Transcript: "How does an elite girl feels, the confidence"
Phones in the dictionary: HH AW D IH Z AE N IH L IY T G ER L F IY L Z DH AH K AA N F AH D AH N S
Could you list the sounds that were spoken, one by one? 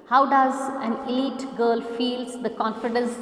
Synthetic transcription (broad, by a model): HH AW D IH Z AE N IH L IY T G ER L F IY L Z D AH K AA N F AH D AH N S